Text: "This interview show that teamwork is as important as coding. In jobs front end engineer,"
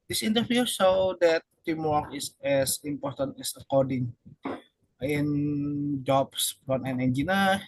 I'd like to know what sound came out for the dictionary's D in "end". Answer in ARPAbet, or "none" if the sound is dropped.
none